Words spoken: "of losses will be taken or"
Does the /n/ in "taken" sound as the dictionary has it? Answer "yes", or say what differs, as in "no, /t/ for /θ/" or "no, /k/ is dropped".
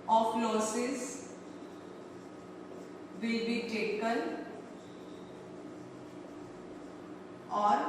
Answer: no, /l/ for /n/